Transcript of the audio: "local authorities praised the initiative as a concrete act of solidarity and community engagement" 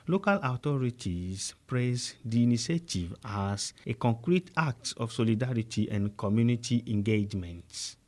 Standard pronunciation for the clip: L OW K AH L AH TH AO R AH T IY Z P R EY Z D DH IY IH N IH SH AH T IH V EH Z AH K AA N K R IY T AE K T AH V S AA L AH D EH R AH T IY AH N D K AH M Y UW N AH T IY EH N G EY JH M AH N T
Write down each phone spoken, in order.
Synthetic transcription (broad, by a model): L OW K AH L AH T AO R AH T IY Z P R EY S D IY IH N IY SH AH T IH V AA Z AH K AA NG K R IY T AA K T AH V S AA L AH D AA R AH T IY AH N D K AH M Y UW N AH T IY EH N G EY JH M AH N T